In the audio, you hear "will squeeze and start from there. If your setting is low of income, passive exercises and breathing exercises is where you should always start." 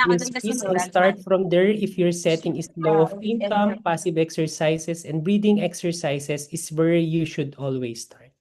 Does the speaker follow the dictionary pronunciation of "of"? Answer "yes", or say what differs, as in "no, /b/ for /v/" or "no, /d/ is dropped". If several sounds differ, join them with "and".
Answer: no, /p/ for /v/